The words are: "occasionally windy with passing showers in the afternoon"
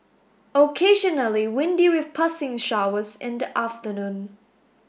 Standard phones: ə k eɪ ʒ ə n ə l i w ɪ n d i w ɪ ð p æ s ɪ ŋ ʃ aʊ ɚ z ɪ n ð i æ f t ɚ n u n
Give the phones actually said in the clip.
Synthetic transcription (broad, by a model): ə k eɪ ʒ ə n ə l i w ɪ n d i w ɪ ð p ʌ s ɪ ŋ ʃ aʊ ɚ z ɪ n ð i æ f t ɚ n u n